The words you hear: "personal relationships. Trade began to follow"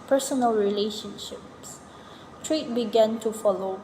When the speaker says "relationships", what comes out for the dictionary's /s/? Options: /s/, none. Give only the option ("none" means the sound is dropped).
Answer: /s/